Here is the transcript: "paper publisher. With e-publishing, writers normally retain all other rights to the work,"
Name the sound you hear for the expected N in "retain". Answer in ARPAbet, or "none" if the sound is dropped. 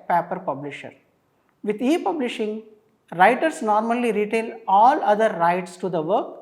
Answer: L